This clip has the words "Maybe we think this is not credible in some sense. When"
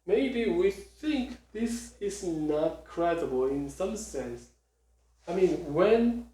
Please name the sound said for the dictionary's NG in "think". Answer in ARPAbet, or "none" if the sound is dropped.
NG